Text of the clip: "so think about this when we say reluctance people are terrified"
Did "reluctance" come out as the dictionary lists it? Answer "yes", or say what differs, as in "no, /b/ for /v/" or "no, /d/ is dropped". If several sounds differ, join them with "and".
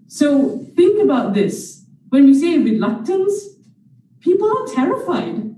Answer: no, /w/ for /ɹ/